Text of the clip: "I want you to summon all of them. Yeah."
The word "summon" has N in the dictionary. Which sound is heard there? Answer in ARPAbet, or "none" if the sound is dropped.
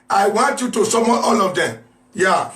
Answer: none